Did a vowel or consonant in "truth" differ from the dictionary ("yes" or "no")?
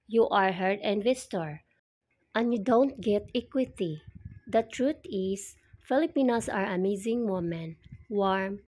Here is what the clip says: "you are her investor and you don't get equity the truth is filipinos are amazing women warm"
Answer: yes